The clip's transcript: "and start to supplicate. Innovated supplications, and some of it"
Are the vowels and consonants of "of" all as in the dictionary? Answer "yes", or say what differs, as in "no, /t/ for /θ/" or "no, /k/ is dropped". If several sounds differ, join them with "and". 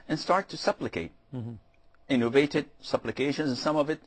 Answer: yes